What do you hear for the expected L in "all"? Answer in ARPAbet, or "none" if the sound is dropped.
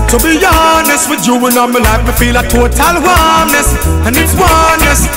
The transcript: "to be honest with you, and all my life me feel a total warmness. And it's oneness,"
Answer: N